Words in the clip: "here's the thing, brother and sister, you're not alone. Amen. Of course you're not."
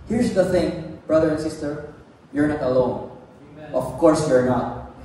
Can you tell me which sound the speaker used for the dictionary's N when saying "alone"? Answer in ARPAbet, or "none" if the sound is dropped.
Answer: none